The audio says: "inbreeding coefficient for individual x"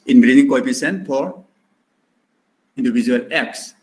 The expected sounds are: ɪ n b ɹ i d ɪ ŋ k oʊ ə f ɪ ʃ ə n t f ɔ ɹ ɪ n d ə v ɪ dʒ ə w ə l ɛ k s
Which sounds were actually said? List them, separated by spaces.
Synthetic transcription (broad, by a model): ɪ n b ɹ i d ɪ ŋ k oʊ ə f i s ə n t f ɔ ɹ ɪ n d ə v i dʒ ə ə l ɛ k s